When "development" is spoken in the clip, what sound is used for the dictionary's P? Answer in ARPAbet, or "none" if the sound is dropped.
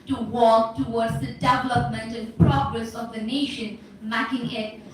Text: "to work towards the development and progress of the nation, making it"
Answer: P